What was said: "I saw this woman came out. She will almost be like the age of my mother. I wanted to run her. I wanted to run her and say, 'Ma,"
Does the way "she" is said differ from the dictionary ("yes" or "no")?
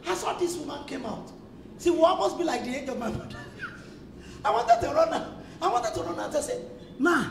yes